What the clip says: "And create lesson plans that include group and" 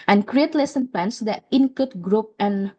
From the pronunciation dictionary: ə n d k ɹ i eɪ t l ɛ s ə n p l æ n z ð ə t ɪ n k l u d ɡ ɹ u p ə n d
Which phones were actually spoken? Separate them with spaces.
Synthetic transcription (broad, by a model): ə n k ɹ i eɪ t l ɛ s ə n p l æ n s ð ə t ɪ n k u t ɡ ɹ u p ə n